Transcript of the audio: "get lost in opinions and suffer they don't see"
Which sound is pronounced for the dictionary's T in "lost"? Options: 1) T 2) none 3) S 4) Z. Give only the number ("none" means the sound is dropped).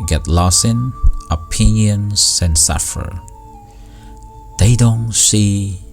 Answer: 2